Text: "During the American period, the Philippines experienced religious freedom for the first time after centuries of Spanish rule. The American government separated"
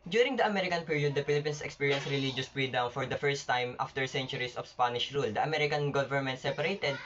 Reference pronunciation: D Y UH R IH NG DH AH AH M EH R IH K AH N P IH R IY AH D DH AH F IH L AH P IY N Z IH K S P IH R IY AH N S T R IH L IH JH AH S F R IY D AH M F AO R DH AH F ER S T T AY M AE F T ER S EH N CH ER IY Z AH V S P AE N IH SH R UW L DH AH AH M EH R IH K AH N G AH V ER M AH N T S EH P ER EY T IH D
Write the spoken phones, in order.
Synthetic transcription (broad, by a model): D Y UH R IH NG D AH AH M EH R IH K AH N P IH R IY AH D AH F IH L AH P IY N S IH K S P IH R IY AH N S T R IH L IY JH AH S P R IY D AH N F AO R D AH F ER S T T AY M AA F T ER S EH N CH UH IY S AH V S P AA N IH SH R UW L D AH AH M EH R IH K AH N G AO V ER M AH N T S EH P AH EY T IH D